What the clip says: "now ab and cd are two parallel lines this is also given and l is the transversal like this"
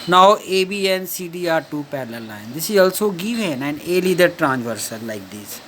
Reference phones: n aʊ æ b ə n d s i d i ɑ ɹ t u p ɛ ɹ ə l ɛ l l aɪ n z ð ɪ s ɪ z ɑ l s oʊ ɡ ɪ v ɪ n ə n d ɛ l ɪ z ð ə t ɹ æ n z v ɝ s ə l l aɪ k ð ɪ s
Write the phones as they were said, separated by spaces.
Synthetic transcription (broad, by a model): n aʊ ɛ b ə n s i d i ɑ ɹ t u p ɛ l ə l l l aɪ n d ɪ s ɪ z ɑ l s oʊ ɡ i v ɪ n ə n d ɛ l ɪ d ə t ɹ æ n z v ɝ s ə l l aɪ k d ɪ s